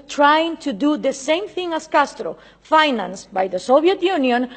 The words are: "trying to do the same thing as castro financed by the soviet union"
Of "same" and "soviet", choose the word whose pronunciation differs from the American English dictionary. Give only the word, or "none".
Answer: soviet